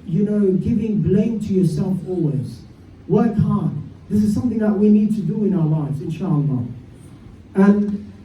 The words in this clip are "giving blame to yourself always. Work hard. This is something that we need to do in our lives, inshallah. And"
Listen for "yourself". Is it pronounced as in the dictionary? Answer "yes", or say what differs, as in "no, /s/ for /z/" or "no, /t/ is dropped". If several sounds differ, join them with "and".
yes